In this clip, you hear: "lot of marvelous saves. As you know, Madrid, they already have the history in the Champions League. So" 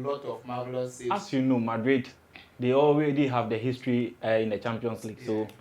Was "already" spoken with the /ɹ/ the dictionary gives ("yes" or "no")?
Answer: no